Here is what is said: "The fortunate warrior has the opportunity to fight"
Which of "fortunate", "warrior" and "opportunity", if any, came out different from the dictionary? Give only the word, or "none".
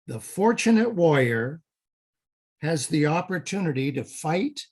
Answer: warrior